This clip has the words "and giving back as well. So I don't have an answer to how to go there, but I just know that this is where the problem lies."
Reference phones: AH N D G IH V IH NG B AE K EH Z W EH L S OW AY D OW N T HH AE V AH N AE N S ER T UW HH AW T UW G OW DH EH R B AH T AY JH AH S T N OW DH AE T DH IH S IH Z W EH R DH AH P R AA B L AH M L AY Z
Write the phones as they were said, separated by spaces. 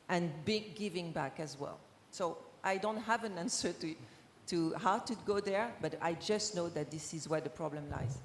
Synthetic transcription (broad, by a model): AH N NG G IH V IH NG B AE K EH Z W EH L S OW AY D OW N T HH AE V AH N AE N S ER T UW HH AW T UW G OW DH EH R B AH T AY JH AH S T N OW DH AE T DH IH S IH Z W EH R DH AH P R AA B L AH M L AY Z